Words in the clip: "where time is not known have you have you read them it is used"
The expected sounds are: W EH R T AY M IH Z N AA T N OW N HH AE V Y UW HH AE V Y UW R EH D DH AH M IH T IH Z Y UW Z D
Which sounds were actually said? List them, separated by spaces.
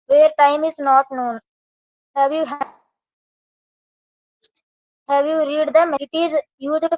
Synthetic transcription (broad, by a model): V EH R T AY M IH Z N AA T N OW N HH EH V Y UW HH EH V Y UW R EH D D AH M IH T IH Z Y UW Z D